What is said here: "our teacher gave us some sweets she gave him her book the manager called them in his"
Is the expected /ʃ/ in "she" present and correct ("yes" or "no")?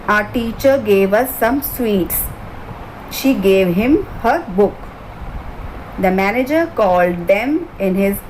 yes